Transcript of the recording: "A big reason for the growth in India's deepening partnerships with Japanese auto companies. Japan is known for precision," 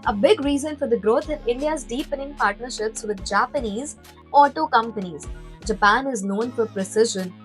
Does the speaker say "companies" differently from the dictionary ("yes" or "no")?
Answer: no